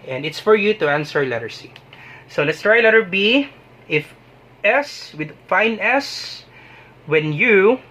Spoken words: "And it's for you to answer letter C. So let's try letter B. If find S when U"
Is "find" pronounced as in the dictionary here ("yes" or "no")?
no